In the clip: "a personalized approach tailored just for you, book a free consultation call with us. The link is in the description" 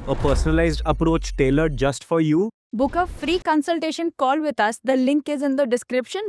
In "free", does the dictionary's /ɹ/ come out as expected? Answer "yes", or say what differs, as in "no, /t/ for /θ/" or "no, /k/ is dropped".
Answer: yes